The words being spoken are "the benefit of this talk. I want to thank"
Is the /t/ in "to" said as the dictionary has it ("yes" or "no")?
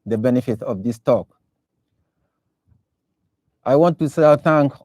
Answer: no